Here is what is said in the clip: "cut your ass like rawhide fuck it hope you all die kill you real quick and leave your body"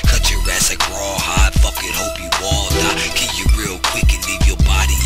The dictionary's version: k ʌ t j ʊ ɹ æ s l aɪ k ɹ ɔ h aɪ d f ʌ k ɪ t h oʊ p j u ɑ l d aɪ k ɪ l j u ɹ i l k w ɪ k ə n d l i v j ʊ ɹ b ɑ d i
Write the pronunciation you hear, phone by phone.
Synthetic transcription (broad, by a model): k ʌ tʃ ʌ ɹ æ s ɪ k ɹ ɔ h aɪ d f ʌ k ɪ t h oʊ p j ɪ ɑ l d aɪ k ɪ n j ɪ ɹ i l k w ɪ k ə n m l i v j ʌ ɹ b ɑ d i